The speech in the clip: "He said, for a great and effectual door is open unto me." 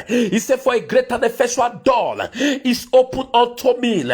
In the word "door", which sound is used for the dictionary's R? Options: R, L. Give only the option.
L